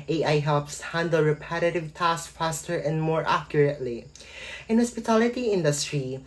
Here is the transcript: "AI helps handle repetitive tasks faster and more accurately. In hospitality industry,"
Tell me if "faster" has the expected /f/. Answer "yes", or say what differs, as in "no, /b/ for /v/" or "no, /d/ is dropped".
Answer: yes